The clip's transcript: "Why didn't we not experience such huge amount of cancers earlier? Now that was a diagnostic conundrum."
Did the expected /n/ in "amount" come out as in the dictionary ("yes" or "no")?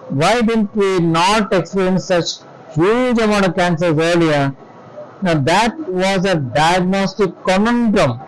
no